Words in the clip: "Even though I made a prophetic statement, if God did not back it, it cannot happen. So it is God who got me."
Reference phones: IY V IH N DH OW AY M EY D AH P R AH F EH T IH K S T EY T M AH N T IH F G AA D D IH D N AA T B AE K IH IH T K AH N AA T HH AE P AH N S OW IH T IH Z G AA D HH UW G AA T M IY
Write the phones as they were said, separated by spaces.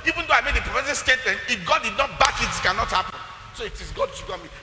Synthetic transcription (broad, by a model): IY V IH N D OW AY M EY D AH P R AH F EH S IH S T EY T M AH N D IH F G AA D D IH D N AA T B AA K IH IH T K AH N AA T HH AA P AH N S OW IH T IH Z G AA D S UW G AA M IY